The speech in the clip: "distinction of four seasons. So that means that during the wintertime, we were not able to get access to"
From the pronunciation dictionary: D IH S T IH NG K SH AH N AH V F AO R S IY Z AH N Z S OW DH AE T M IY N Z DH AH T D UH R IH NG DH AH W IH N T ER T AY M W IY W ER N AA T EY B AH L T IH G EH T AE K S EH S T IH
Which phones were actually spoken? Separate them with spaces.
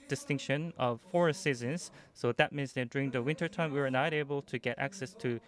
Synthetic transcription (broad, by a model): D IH S T IH NG K SH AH N AH V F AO R S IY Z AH N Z S OW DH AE T M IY N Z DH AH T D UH R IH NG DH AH W IH N T ER T AY M W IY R N AA T EY B AH L T IH G EH T AE K S EH S T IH